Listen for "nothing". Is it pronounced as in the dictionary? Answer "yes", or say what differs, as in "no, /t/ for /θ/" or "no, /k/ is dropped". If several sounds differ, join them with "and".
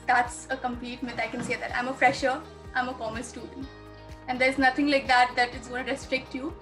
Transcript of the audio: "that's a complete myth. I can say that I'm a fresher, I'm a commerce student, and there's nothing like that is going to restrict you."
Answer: no, /t/ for /θ/